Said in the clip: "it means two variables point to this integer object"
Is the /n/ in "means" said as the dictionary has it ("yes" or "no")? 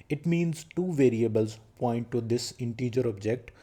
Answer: yes